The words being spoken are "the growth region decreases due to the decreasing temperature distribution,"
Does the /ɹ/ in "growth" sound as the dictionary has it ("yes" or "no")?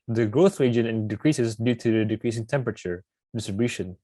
yes